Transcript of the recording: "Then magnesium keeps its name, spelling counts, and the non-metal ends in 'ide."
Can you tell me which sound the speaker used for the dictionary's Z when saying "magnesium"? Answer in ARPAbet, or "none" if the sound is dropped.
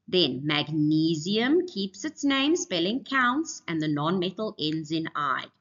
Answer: Z